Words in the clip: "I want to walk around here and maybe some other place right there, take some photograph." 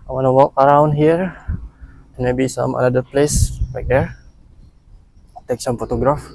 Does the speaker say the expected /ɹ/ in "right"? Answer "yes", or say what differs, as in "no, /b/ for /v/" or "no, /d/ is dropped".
no, /l/ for /ɹ/